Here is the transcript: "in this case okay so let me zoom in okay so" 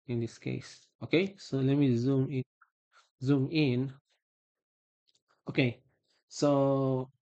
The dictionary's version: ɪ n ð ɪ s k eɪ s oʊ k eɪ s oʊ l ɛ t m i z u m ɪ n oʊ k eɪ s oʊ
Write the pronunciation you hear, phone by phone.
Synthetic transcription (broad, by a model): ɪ n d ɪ s k eɪ s oʊ k eɪ s oʊ l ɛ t m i z u m ɪ n oʊ k eɪ s oʊ